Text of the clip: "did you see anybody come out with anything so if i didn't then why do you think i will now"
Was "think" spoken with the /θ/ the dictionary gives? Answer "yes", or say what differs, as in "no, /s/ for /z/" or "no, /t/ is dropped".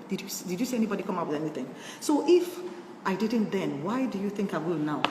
yes